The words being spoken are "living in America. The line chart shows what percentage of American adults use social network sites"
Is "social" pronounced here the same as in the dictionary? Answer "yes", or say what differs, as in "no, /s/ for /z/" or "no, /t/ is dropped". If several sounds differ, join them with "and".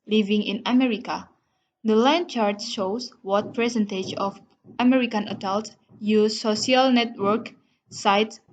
no, /ʃ/ is dropped